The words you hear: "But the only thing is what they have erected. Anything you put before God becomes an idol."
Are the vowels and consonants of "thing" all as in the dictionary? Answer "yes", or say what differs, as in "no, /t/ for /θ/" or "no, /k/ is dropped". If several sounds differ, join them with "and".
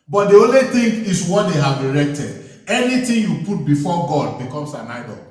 no, /t/ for /θ/